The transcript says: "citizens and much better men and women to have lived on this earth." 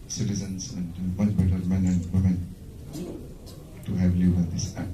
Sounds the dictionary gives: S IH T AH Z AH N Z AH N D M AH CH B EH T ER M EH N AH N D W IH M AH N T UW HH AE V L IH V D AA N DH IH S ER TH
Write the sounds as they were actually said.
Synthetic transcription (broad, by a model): S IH T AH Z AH N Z AH N D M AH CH B EH T ER M EH N AH N D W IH M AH N T UW HH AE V L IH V AA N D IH S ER